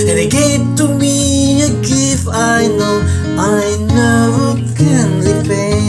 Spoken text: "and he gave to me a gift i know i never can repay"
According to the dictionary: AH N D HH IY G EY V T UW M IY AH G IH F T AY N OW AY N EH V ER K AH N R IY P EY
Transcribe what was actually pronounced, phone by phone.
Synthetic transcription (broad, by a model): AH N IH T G EY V T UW M IY AH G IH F AY N OW AY N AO K AH N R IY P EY